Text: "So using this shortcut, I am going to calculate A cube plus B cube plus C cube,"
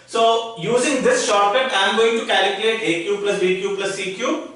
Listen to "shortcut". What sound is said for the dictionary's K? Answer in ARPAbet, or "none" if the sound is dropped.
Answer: none